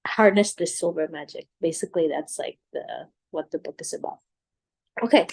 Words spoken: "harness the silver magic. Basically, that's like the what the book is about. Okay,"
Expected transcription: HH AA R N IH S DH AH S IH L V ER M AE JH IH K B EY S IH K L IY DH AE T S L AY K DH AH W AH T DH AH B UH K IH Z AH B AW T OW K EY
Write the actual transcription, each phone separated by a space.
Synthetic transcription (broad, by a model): HH AA R N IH S DH AH S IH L B ER M AE JH IH K B EY S IH K L IY DH AE T S L AY K DH AH W AH T DH AH B UH K IH Z AH B AW T OW K EY